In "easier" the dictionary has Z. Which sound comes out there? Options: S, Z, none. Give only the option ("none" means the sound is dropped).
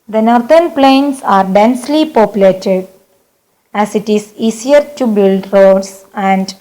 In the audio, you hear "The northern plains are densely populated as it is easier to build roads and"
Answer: S